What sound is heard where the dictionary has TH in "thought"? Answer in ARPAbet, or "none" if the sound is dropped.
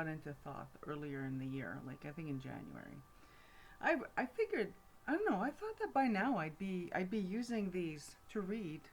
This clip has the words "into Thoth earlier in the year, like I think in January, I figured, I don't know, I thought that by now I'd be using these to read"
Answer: TH